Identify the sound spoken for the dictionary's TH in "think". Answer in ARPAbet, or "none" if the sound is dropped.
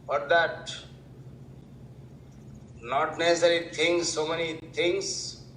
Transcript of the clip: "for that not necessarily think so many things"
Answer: T